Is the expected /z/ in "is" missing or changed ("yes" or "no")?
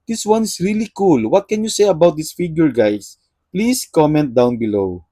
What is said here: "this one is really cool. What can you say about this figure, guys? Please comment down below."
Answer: yes